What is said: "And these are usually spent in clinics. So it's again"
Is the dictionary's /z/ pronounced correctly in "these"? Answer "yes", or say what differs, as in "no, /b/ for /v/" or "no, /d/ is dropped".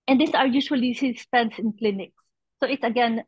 no, /s/ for /z/